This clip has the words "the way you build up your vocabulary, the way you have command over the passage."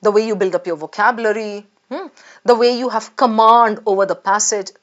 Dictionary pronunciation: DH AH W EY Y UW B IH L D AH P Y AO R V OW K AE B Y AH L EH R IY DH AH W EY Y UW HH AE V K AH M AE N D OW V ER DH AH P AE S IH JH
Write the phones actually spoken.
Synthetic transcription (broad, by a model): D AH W EY Y UW B IH L D AH P Y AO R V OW K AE B Y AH L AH R IY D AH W EY Y UW HH AE V K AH M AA N D OW V ER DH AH P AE S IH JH